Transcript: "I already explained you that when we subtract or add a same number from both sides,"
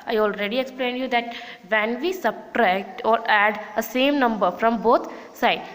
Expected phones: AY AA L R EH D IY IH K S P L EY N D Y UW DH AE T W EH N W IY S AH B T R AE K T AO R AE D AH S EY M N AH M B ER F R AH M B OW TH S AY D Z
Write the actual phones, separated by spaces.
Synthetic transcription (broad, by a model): AY AA L R EH D IY IH K S P L EY N D Y UW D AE T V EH N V IY S AH B T R AE K T AO R AE D AH S EY M N AH M B ER F R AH M B OW T S AY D